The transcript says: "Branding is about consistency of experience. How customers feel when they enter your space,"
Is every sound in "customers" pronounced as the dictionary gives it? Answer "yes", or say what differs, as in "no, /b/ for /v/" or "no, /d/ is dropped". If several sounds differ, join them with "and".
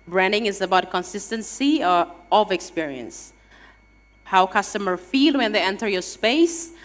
no, /z/ is dropped